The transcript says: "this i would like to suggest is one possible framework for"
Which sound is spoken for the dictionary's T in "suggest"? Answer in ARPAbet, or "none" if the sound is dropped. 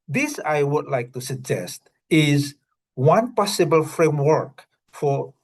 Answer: T